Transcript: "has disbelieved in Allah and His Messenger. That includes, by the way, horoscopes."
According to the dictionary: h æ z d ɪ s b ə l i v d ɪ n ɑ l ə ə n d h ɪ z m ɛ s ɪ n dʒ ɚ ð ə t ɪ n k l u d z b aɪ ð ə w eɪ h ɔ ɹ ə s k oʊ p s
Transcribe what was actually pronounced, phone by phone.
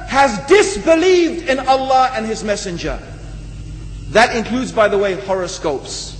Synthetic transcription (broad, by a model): h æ z d ɪ s b ə l i v d ɪ n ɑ l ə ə n ɪ z m ɛ s ɪ n dʒ ɚ ð ə t ɪ n k l u d z b aɪ ð ə w eɪ h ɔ ɹ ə s k oʊ p s